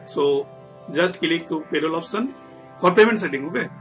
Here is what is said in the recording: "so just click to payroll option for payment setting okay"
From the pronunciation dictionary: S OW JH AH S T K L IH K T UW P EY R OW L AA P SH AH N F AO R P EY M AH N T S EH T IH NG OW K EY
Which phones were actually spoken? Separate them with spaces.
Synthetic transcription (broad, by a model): S OW JH AH S T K L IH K T UW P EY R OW L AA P S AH N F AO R P EY M AH N T S EH T IH NG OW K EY